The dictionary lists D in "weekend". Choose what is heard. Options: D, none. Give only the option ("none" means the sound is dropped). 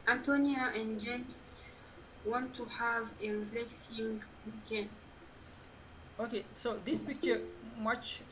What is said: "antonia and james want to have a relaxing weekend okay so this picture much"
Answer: none